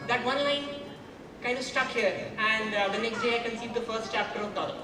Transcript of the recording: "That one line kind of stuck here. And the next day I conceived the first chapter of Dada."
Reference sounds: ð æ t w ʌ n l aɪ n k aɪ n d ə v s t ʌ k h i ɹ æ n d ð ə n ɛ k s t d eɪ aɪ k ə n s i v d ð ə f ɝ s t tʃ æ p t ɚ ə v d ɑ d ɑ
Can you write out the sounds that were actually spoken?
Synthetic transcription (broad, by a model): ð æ t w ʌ n l aɪ n k aɪ n d ə v s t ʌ k h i ɹ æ n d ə n ɛ k s t d eɪ aɪ k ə n s i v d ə f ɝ s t tʃ æ p t ɚ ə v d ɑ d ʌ